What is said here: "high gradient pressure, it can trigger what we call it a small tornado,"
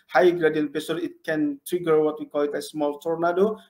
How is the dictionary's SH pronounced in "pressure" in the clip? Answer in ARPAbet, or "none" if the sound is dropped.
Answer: S